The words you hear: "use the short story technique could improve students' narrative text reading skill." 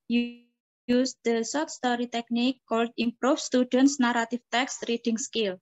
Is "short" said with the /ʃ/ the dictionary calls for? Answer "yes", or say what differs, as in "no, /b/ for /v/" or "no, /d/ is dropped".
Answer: no, /s/ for /ʃ/